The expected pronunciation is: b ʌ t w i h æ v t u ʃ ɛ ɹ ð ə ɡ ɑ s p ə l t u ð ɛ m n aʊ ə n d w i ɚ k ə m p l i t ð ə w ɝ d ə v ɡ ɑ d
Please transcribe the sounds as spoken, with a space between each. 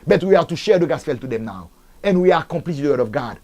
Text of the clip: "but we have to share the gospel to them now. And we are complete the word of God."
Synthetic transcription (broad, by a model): b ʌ t w i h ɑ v t u ʃ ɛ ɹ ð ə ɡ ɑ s f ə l t u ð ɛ m n aʊ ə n w i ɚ k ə m p l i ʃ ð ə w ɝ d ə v ɡ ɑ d